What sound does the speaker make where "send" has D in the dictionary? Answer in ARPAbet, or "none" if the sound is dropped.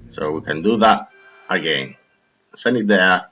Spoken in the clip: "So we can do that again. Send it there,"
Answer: none